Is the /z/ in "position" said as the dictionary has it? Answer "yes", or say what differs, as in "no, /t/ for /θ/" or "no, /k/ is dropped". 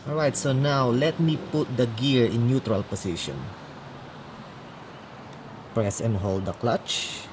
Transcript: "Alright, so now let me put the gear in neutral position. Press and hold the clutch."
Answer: no, /s/ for /z/